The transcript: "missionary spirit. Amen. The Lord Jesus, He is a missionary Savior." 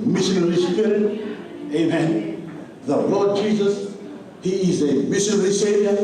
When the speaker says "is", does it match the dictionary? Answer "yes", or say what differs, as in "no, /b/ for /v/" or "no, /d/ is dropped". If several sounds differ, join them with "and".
yes